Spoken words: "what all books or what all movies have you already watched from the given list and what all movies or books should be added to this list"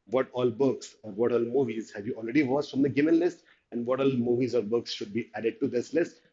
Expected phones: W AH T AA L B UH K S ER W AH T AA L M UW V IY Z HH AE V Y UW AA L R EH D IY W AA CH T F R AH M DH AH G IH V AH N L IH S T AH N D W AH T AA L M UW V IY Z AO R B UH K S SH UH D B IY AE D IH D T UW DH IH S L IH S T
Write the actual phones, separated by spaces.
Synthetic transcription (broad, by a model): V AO T AA L B UH K S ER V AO T AA L M UW V IY Z HH AE V Y UW AA L R EH D IY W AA S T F R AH M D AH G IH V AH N L IH S T AH N D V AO T AA L M UW V IY Z AO R B UH K S SH UH D B IY AE D IH D T UW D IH S L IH S T